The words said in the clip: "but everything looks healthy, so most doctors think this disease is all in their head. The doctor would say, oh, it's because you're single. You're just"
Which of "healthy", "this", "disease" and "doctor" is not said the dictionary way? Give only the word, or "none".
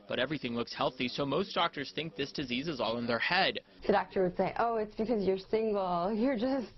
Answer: none